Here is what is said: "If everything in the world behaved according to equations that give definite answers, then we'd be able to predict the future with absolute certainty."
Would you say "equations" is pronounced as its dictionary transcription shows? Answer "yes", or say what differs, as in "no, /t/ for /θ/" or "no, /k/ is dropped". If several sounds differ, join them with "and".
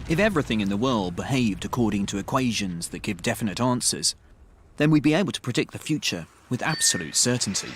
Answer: yes